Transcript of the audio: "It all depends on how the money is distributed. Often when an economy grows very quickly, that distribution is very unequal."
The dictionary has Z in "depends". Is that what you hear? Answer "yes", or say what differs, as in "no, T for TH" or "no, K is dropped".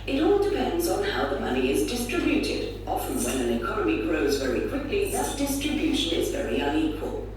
yes